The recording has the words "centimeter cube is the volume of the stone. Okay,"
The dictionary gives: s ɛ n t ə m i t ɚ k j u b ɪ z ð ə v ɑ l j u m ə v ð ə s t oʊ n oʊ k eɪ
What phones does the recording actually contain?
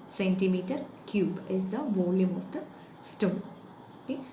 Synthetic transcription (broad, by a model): s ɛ n t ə m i t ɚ k j u b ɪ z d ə v ɑ l j u m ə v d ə s t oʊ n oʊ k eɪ